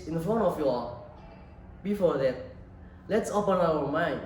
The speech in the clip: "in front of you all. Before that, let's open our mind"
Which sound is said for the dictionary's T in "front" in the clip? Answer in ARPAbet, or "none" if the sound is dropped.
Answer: none